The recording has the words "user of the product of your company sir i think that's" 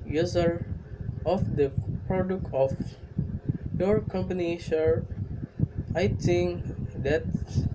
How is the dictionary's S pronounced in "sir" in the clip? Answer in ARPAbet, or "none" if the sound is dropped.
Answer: SH